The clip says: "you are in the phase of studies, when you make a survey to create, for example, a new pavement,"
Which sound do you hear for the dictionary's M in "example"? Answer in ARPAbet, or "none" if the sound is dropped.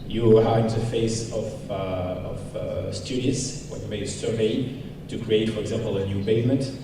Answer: M